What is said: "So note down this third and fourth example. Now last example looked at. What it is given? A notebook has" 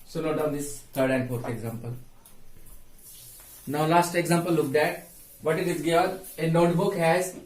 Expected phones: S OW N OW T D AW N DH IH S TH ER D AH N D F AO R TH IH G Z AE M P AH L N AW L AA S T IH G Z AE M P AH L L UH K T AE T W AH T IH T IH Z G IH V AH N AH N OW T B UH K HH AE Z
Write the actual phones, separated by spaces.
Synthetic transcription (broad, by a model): S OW L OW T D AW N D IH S T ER D AH N D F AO R T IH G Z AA M P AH L N AW L AA S T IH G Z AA M P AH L L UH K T AE T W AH T IH T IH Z G IH V AH N AH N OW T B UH K HH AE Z